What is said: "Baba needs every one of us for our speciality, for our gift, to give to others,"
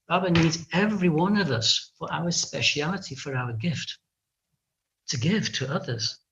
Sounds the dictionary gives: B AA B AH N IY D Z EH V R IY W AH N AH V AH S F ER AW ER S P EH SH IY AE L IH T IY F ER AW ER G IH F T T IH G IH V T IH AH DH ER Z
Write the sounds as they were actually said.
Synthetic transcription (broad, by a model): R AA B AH N IY D Z EH V R IY W AH N AH V AH S F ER AW ER S P EH SH IY AE L IH T IY F ER AW ER G IH F T T IH G IH V T IH AH DH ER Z